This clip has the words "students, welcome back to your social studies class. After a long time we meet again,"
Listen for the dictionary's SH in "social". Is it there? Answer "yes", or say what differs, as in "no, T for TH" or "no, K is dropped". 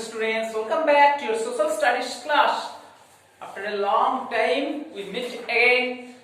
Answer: no, S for SH